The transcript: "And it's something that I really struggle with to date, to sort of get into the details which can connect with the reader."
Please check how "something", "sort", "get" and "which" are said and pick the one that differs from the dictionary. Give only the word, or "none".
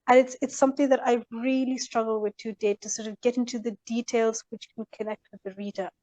none